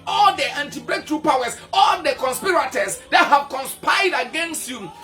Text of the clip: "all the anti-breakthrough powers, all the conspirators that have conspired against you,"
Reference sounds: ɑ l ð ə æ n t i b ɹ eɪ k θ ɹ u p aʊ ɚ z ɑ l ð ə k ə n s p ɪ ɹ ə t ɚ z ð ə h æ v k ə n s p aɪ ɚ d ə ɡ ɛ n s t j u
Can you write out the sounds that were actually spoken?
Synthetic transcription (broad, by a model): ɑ l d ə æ n t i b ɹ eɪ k t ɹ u p aʊ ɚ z ɑ l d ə k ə n s p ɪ ɹ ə t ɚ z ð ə h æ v k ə n s p aɪ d ə ɡ ɛ n s t j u